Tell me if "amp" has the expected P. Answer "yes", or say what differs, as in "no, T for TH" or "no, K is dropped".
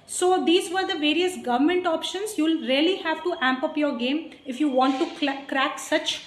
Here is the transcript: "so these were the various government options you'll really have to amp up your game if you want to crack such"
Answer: yes